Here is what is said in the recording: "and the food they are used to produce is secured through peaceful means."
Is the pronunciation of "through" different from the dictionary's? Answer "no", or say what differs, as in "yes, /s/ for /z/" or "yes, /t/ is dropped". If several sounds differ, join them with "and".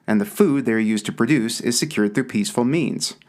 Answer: no